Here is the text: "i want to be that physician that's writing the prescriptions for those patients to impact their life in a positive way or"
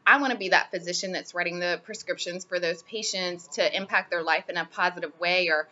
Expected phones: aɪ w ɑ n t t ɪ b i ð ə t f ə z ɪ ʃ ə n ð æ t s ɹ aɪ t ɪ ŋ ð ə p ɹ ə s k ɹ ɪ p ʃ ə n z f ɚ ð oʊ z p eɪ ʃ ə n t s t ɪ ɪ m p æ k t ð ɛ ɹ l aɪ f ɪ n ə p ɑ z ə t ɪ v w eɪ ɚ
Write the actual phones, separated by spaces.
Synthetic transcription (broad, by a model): aɪ w ɑ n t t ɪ b i ð ə t f ə z ɪ ʃ ə n ð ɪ t s ɹ aɪ t ɪ ŋ ð ə p ɹ ə s k ɹ ɪ p ʃ ə n z f ɚ ð oʊ z p eɪ ʃ ə n t s t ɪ ɪ m p æ k t ð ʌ ɹ l aɪ f ɪ n ə p ɑ z ə t ɪ v w eɪ ɚ